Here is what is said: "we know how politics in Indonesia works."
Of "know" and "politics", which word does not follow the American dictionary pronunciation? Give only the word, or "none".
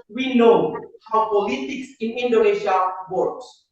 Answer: none